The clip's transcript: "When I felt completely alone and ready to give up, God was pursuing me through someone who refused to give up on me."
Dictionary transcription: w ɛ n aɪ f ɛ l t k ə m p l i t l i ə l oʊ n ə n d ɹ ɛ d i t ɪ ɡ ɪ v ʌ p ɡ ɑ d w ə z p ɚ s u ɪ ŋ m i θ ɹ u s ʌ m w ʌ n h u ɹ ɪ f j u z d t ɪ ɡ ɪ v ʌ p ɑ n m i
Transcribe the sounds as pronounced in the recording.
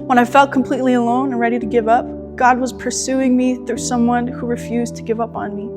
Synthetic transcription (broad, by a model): w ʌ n aɪ f ɛ l t k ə m p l i t l i ə l oʊ n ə n ɹ ɛ d i t ɪ ɡ ɪ v ʌ p ɡ ɑ d w ə z p ɚ s u ɪ ŋ m i θ ɹ u s ʌ m w ʌ n h u ɹ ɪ f j u z t ɪ ɡ ɪ v ʌ p n m i